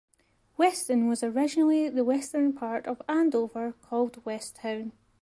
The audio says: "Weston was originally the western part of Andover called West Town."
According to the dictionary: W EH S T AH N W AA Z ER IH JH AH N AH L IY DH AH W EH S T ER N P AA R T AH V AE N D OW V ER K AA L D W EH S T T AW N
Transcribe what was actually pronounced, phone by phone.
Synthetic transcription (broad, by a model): W EH S T AH N W AA Z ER IH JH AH N AH L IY DH AH W EH S T ER N P AA R T AH V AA N D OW V ER K AA L D W EH S T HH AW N